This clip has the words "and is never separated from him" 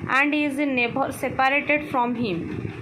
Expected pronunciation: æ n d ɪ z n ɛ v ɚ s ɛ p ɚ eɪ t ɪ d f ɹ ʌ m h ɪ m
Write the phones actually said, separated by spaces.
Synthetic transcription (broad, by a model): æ n d ɪ z n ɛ b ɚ s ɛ p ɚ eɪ t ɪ d f ɹ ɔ m h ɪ m